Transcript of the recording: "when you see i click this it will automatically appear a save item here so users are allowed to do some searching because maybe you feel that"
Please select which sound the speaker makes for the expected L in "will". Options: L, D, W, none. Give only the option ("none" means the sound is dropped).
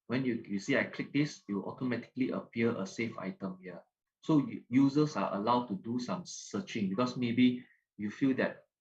W